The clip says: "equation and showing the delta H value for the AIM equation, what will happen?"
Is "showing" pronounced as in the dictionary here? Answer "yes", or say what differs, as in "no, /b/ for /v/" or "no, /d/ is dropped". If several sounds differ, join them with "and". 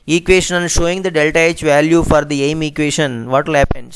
yes